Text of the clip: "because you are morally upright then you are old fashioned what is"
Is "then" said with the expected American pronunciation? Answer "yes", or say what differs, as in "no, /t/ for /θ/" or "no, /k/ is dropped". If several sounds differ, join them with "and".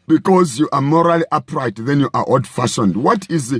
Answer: yes